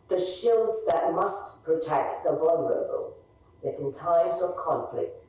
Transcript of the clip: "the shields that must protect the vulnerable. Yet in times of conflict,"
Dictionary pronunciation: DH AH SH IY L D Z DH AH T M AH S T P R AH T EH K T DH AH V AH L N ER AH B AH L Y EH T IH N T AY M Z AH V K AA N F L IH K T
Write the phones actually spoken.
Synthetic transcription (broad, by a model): DH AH SH IY L D Z DH AH T M AH S T P R AH T EH K T DH AH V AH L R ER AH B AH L Y EH T IH N T AY M Z AH V K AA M F L IH K T